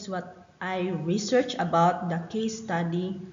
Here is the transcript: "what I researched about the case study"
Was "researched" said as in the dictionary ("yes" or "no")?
no